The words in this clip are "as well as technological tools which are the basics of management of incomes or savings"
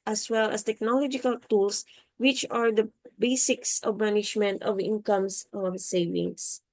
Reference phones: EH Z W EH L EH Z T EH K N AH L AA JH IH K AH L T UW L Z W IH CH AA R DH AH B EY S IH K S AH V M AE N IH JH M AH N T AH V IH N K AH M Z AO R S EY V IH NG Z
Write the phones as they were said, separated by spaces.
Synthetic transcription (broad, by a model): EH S W EH L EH S T EH K N AH L AA JH IH K AH L T UW L S W IH CH AA R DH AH B EY S IH K S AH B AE N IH SH M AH N T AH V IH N K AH M S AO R S EY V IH NG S